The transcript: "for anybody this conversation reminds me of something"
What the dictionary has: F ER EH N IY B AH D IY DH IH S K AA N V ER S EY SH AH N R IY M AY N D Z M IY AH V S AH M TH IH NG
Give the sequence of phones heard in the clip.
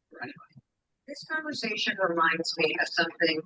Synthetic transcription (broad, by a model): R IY AH DH IH S K AA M V ER S EY SH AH N R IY M AY N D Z M IY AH S AH M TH IH NG